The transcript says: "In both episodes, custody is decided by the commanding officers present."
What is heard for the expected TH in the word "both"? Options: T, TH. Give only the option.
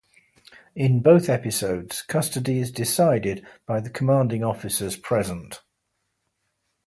TH